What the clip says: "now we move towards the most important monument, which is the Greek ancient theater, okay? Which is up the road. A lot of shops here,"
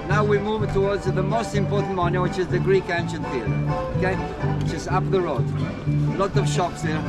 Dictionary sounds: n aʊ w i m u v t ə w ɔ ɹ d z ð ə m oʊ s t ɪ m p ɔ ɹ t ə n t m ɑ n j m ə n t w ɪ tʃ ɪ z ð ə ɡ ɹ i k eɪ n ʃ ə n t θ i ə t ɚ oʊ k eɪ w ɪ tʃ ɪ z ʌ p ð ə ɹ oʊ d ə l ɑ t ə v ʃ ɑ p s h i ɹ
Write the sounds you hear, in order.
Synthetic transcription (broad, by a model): n aʊ w i m u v t ə w ɔ ɹ d z ð ə m oʊ s t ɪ m p ɔ ɹ t n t m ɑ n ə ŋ w ɪ tʃ ɪ z ð ə ɡ ɹ i k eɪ n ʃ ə n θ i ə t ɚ oʊ k eɪ w ɪ tʃ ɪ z ʌ p ð ə ɹ oʊ d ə l ɑ t ə v ʃ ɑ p s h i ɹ